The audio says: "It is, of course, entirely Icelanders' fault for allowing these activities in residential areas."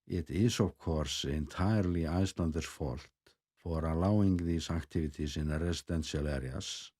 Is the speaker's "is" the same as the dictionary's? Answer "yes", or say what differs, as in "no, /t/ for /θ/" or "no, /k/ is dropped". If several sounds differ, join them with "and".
no, /s/ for /z/